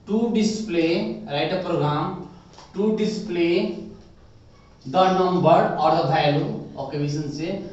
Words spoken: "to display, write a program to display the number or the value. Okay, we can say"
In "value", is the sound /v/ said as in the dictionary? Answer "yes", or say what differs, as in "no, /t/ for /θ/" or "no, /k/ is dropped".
no, /b/ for /v/